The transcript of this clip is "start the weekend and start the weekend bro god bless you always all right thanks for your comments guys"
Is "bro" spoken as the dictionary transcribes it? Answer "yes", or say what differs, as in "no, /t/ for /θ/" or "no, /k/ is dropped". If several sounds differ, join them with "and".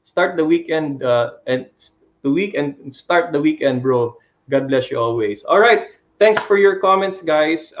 yes